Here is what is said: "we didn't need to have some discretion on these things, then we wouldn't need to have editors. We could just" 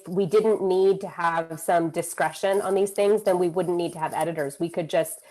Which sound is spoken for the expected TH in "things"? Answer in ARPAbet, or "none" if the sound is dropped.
TH